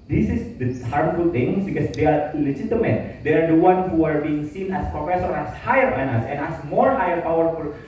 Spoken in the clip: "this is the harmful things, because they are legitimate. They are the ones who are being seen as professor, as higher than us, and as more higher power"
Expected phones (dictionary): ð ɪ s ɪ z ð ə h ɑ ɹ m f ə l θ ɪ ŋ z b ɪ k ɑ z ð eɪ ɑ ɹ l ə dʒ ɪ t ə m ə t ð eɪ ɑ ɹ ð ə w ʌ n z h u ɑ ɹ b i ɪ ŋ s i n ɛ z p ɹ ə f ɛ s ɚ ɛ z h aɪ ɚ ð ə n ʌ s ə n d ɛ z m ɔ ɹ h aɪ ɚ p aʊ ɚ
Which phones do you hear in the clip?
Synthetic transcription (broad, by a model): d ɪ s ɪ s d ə h ɑ ɹ m f ə l t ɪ ŋ s b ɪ k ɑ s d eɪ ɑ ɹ l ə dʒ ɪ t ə m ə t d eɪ ɑ ɹ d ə w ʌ n h u ɑ ɹ b i ɪ ŋ s i n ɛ s p ɹ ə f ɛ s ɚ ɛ s h aɪ ɚ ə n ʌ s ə n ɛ s m ɔ ɹ h aɪ ɚ p aʊ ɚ